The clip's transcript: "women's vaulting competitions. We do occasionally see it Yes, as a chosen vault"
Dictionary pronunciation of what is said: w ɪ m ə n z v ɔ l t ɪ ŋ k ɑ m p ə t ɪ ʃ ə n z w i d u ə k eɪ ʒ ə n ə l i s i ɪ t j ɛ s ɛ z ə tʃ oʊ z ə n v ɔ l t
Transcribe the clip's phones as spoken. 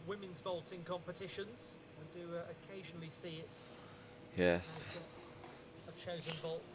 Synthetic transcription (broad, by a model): w ɪ m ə n z v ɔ l t ɪ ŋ k ɑ m p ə t ɪ ʃ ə n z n d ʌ ə k eɪ ʒ ə n ə l i s i ɪ t j ɛ s ə tʃ oʊ z ə n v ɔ l t